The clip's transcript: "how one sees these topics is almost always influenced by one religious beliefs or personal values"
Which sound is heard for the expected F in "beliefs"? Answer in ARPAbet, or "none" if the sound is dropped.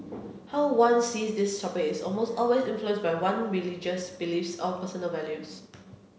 F